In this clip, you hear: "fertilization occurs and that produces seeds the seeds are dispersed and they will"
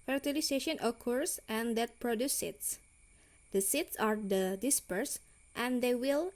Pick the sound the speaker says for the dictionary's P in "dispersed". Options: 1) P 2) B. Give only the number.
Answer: 1